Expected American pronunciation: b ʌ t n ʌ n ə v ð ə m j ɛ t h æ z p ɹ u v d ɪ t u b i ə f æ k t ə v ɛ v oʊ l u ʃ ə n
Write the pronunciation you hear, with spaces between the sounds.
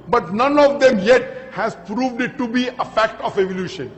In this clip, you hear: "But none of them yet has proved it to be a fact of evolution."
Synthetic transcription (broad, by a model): b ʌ t n ʌ n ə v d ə m j ɛ t h æ z p ɹ u v d ɪ t u b i ə f æ k t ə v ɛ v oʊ l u ʃ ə n